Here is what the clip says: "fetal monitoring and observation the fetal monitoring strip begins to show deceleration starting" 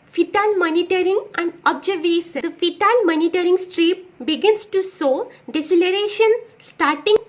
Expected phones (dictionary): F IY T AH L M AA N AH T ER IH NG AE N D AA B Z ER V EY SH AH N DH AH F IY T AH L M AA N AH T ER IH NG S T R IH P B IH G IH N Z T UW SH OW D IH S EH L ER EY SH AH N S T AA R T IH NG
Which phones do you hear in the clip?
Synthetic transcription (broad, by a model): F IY T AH L M AA N AH T ER IH NG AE N D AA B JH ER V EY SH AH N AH F IY T AH L M AA N AH T ER IH NG S T R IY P B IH G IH N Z T UW S OW D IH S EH L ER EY SH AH N S T AA R T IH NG